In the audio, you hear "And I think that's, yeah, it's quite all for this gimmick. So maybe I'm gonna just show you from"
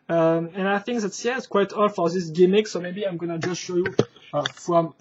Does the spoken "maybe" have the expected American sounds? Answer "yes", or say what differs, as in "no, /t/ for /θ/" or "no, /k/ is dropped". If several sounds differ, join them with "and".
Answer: yes